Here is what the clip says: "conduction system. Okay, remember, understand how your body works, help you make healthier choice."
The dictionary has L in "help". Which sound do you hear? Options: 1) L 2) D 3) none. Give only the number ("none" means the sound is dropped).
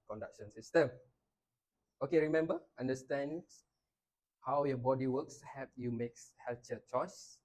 3